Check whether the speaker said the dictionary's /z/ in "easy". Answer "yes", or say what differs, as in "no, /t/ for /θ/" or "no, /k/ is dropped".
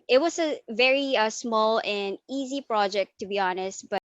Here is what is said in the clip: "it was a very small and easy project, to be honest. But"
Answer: yes